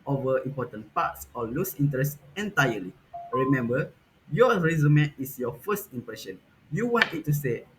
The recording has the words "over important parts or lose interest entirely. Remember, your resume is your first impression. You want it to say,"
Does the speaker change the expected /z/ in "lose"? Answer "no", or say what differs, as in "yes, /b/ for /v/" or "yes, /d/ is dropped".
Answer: yes, /s/ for /z/